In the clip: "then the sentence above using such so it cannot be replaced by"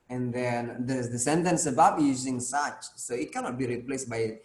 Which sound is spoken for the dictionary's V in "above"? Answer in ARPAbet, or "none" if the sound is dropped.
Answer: P